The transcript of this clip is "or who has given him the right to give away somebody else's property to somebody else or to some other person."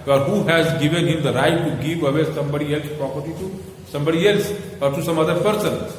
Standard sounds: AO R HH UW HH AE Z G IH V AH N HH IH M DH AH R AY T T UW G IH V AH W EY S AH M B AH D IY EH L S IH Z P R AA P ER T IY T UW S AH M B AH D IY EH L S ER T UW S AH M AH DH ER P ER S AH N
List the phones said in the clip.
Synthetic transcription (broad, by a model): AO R HH UW HH AE Z G IH V AH N HH IH M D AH R AY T T UW G IH V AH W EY S AH M B AH D IY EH L S P R AA P ER T IY T UW S AH M B AH D IY EH L S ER T UW S AH M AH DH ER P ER S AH N